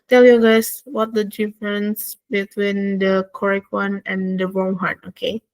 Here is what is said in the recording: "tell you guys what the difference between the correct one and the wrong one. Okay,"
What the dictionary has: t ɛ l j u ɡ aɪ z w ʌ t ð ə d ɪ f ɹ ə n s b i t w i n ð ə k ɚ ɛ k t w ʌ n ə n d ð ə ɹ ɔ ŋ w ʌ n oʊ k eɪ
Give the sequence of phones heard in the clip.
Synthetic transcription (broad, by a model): t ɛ l j u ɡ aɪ s w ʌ t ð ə d ɪ f ɹ ə n s b i t w i n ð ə k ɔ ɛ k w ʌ n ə n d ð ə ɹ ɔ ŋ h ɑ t oʊ k eɪ